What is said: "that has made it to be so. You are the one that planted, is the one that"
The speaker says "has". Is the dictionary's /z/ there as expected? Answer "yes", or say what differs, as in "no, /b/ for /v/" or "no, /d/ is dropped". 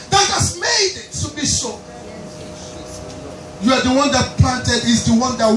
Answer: no, /s/ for /z/